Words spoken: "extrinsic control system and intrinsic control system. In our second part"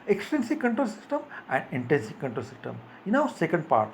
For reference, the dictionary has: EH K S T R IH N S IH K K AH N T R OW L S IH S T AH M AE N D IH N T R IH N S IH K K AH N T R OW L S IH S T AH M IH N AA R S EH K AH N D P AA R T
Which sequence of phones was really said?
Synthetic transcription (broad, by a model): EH K S T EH N S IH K K AH N T R OW L S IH S T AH M AE N D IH N T EH N S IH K K AH N T R OW L S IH S T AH M IH N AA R S EH K AH N D P AA R T